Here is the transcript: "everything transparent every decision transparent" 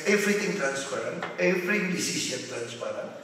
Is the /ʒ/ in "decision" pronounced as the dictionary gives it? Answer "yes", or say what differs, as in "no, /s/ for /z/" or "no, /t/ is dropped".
no, /s/ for /ʒ/